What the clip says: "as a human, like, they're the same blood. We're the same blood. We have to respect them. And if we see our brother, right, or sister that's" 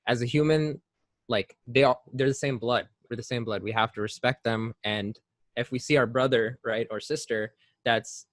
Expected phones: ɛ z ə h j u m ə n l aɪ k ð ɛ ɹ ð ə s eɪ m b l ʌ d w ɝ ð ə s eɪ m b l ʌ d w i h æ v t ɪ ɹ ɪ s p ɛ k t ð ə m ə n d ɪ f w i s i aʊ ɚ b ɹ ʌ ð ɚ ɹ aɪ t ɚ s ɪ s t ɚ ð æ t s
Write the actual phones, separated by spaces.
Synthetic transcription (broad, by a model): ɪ z ə h j u m ə n l aɪ k ð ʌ ɹ ð ə s eɪ m b l ʌ d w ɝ ð ə s eɪ m b l ʌ d w i h æ f t ɪ ɹ ɪ s p ɛ k t ð ə m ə n ɪ f w i s i aʊ ɚ b ɹ ʌ ð ɚ ɹ aɪ t ɚ s ɪ s t ɚ ð æ t s